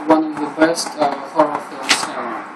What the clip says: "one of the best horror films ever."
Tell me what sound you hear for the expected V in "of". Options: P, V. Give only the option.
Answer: V